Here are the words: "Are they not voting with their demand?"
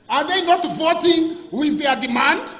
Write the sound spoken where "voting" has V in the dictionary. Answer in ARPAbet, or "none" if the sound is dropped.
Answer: V